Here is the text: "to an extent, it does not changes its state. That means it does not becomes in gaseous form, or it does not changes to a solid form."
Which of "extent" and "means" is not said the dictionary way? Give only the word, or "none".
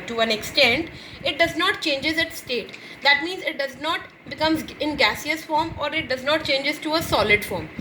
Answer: none